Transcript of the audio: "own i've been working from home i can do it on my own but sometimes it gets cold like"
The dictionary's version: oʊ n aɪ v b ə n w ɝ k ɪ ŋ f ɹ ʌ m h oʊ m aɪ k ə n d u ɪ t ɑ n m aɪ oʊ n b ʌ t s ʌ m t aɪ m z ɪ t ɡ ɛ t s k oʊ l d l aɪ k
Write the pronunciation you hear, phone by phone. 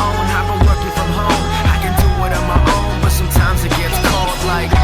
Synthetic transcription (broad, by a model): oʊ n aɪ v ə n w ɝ k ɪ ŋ f ɹ ʌ m h oʊ m aɪ k ə n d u ɪ t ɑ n m aɪ oʊ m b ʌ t s ʌ m t aɪ m z ɪ t ɡ ɛ t s k oʊ l d l aɪ k